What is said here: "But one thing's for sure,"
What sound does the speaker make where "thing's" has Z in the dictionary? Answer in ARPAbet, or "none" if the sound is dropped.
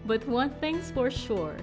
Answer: S